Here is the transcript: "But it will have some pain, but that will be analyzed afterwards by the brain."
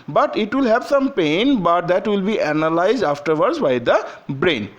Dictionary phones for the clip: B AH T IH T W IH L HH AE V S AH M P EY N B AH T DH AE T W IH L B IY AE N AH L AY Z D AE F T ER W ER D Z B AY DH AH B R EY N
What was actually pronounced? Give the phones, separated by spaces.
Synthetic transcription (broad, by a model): B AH T IH T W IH L HH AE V S AH M P EY N B AH T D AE T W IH L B IY AE N AH L AY Z D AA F T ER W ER D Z B AY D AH B R EY N